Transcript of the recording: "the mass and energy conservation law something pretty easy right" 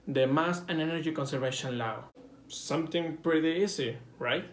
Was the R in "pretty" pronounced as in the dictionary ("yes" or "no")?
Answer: yes